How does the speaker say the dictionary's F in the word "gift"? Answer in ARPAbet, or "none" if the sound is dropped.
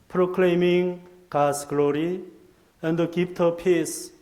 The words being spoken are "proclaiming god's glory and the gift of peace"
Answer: P